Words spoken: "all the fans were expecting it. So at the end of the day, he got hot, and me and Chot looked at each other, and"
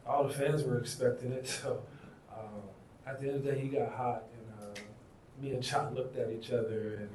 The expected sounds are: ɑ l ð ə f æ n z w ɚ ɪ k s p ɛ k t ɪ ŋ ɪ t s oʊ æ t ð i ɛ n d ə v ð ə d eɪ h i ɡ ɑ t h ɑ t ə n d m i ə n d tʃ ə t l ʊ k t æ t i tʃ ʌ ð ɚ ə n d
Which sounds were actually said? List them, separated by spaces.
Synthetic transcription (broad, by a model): ɑ l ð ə f æ n z w ɚ ɪ k s p ɛ k t ɪ ŋ ɪ t s oʊ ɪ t ð i ɛ n d ə v d eɪ h i ɡ ɑ t h ɑ t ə n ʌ m i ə n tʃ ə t l ʊ k t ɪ t i tʃ ʌ ð ɚ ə n